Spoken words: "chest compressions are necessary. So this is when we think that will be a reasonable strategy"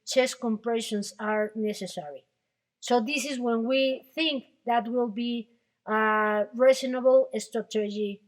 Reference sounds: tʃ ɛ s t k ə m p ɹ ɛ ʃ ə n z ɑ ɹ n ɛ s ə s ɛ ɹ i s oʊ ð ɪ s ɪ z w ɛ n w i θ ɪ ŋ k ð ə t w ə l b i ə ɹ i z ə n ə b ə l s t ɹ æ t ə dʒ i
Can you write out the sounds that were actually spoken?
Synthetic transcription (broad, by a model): tʃ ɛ s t k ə m p ɹ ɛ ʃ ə n s ɑ ɹ n ɛ s ə s ɛ ɹ i s oʊ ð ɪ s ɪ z w ɛ n w i θ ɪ ŋ k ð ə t w ə l b i ə ɹ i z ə n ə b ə l s t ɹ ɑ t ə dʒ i